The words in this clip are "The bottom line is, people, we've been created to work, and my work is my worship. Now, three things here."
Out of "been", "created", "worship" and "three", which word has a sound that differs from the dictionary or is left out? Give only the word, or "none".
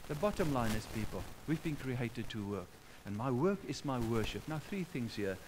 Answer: none